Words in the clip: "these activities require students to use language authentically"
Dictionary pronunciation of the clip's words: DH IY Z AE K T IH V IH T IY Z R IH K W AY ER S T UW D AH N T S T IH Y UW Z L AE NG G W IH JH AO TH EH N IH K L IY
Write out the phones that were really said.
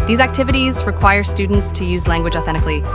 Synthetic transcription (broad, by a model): DH IY Z AE K T IH V IH T IY Z R IH K W AY ER S T UW D N T S T IH Y UW Z L AE NG G W IH JH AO TH EH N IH K L IY